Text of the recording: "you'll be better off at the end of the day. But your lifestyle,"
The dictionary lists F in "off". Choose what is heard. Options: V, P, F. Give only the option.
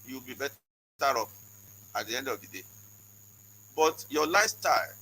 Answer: P